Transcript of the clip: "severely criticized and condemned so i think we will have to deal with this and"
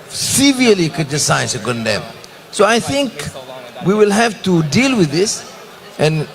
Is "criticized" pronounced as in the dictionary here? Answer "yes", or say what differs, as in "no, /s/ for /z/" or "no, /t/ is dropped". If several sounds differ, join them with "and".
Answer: no, /ɹ/ is dropped